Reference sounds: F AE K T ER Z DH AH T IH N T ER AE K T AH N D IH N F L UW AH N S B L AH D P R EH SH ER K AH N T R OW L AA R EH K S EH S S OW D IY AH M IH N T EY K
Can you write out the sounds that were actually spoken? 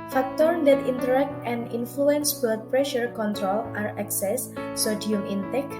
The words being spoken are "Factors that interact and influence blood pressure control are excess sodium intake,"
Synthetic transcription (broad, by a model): F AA K T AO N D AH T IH N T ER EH K T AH N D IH N F L UW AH N S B AH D P R EH SH ER K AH N T R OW L AA R EH K S EH S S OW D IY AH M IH N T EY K